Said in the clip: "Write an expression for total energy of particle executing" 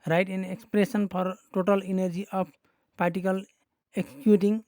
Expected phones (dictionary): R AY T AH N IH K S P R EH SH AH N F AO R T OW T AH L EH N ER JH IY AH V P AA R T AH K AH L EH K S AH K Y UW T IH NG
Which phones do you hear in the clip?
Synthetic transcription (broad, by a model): R AY T AH N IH K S P R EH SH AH N P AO R T OW T AH L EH N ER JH IY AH P P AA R T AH K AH L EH K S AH K Y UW T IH NG